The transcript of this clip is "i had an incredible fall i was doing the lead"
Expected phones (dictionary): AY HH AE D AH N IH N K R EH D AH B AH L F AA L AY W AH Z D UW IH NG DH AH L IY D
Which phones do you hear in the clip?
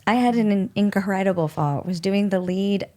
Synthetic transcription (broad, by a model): AY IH D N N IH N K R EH D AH B L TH AA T W AH Z D UW IH NG DH AH L IY D